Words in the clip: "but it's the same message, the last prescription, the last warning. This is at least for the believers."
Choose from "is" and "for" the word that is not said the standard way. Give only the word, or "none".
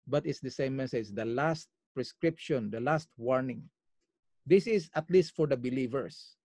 is